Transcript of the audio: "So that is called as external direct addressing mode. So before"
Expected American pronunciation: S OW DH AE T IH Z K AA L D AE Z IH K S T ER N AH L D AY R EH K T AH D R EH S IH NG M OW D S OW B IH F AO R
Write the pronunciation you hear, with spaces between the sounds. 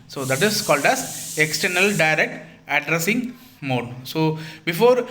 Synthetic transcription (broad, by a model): S OW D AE T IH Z K AA L D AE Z IH K S T ER N AH L D AY R EH K T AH D R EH S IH NG M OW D S OW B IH F AO R